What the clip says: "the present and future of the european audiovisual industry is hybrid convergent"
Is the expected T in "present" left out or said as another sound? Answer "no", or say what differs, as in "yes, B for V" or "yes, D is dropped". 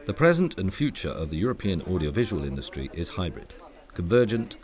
no